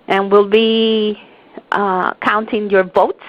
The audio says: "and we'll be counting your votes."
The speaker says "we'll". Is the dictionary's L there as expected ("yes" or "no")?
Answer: yes